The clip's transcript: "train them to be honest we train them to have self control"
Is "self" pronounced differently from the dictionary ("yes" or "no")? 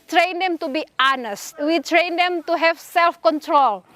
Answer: no